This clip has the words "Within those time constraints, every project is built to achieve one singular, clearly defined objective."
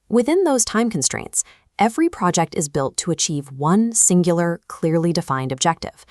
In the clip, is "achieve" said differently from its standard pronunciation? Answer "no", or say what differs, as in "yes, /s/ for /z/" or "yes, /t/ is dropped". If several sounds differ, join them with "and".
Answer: no